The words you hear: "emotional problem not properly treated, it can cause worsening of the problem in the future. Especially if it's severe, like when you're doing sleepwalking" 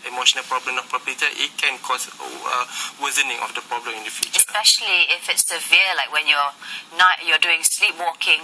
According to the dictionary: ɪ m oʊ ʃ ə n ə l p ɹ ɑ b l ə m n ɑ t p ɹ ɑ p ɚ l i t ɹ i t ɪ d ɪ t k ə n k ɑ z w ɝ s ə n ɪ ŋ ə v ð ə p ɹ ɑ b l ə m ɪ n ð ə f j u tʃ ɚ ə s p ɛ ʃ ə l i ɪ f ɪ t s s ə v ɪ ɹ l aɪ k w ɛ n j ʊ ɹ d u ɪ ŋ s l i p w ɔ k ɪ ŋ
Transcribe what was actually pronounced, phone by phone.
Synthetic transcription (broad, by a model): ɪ m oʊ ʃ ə n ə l p ɹ ɑ b l ə m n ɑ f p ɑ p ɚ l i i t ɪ ɪ t k ə n k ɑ s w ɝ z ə n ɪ ŋ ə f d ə p ɹ ɑ b l ə m ɪ n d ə f j u tʃ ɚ ə s p ɛ ʃ ə l i ɪ f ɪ t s s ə v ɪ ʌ l aɪ k w ɛ n j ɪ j d u ɪ ŋ s l i p w ɔ k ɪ ŋ